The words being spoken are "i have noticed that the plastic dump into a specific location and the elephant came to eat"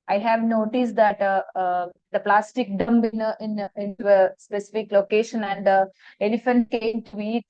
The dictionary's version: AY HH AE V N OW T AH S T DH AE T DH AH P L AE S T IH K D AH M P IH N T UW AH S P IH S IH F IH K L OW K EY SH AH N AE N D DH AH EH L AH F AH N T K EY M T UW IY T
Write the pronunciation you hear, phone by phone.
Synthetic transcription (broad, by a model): AY HH AE V N OW T AH S T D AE T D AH P L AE S T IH K D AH M B IH N T UW AH S P IH S IH F IH K L OW K EY SH AH N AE N D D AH EH L AH F AH N T K EY M T UW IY T